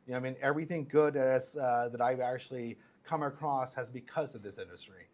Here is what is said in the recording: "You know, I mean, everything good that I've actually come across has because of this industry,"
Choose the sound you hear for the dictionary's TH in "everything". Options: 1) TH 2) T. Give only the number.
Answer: 1